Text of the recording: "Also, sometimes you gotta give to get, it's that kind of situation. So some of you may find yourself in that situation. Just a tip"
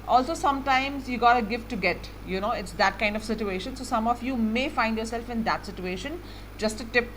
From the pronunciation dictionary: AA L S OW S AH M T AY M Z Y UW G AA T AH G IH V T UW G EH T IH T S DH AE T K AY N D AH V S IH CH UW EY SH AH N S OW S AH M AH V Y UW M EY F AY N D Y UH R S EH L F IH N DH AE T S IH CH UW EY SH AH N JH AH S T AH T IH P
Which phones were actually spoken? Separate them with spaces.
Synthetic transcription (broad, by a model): AA L S OW S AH M T AY M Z Y UW G AA T AH G IH F T UW G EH T IH T S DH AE T K AY N D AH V S IH CH UW EY SH AH N S OW S AH M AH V Y UW M EY F AY N D Y UH R S EH L F IH N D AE T S IH CH UW EY SH AH N JH AH S T AH T IH P